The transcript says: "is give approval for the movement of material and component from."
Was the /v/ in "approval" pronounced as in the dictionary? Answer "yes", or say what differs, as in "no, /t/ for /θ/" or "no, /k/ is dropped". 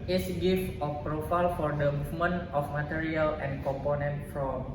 no, /f/ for /v/